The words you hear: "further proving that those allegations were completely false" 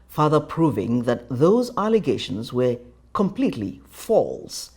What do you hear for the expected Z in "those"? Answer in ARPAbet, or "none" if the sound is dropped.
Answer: Z